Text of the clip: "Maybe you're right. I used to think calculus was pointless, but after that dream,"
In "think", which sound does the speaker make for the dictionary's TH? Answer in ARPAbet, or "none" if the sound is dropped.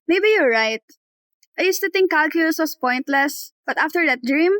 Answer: T